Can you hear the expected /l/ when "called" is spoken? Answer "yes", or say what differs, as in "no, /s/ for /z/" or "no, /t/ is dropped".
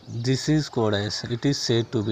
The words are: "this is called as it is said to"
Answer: no, /l/ is dropped